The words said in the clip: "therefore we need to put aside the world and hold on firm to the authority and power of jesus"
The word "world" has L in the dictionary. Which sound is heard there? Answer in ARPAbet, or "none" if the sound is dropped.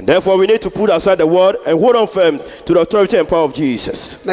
none